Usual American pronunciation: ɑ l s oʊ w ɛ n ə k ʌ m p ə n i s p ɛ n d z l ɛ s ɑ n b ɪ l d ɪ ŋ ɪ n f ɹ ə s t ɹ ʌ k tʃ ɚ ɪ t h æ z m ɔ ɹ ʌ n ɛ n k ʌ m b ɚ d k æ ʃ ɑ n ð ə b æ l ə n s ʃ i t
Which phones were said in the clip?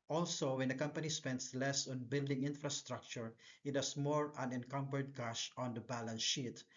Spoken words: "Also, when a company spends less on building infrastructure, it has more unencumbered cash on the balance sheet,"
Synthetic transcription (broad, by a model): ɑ l s oʊ w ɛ n ə k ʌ m p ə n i s p ɛ n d s l ɛ s ɑ n b ɪ l d ɪ ŋ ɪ n f ɹ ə s t ɹ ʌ k tʃ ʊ ɪ t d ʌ s m ɔ ɹ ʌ n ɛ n k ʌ m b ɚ d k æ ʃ ɑ n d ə b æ l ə n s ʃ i t